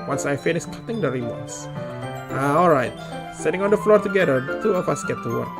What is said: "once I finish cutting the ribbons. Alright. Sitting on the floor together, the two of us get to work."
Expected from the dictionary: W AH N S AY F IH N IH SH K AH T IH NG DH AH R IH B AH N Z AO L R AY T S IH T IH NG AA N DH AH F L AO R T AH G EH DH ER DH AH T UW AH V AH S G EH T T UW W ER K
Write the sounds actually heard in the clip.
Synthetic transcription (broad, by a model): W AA N S AY F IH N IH S K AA T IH NG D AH R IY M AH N S AO L R AY T S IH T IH NG AA N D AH F L AO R T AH G EH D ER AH T UW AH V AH S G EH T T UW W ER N